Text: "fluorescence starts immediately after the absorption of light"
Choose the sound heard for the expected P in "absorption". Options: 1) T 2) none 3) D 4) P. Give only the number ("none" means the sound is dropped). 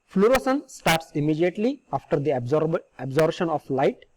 2